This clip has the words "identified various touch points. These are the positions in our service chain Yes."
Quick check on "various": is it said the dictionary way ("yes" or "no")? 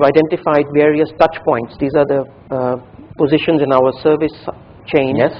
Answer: yes